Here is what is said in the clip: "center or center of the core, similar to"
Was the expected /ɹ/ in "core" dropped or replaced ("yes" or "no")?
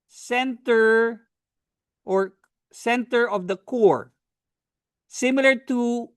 no